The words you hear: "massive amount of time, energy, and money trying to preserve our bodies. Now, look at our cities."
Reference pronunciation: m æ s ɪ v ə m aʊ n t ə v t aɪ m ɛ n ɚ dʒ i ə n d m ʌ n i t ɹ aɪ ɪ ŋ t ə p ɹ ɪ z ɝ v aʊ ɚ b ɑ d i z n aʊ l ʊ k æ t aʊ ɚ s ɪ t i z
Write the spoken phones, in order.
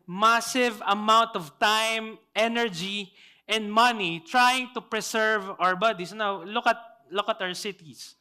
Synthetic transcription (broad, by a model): m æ s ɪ v ə m aʊ n t ə v t aɪ m ɛ n ɚ dʒ i ə n d m ʌ n i t ɹ aɪ ɪ ŋ t ə p ɹ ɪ s ɝ v aʊ ɚ b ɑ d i s n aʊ l ʊ k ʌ t aʊ ɚ s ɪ t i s